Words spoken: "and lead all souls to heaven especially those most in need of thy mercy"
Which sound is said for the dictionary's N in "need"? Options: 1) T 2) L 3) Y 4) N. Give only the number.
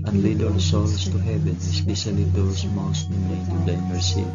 2